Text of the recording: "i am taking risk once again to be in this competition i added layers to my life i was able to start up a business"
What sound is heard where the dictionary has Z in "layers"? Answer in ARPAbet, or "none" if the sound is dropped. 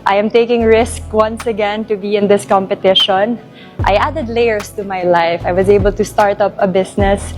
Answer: S